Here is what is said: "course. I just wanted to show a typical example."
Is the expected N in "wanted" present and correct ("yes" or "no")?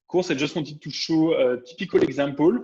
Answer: no